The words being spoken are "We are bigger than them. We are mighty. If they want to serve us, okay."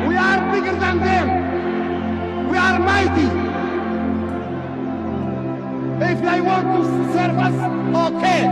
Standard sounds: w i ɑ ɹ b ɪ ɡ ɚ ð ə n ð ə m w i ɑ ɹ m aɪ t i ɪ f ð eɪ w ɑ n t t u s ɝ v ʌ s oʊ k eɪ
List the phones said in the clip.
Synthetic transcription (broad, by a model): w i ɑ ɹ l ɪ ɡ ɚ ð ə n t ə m w i ɑ ɹ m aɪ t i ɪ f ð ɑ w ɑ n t s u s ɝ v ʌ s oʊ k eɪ